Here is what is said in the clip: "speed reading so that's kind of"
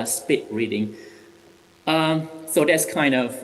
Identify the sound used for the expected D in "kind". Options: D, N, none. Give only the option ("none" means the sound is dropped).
D